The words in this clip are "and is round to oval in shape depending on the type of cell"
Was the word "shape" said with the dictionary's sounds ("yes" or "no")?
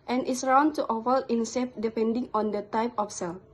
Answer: no